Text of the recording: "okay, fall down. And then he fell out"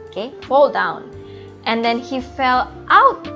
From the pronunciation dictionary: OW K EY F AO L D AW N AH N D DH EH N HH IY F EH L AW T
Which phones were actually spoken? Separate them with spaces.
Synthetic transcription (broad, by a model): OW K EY F AO L D AW N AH N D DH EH N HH IY F EH L AW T